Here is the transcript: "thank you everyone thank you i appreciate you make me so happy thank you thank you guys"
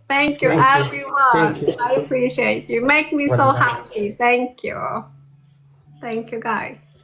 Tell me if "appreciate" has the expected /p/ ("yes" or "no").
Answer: yes